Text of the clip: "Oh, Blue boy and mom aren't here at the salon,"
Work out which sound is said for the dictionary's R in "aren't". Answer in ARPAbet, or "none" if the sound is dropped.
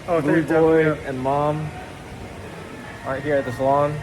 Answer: none